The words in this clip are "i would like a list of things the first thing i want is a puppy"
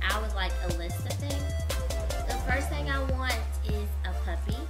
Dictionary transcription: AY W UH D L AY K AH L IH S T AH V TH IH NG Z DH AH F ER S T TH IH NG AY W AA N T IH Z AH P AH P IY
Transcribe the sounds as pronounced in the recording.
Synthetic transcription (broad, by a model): AY W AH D L AY K AH L IH S T AH V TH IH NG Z DH AH F ER S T TH IH NG AY W AA N T IH Z AH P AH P IY